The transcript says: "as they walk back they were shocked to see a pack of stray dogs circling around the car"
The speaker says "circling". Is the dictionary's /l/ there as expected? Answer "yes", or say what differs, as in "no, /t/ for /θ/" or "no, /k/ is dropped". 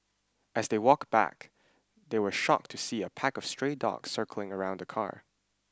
yes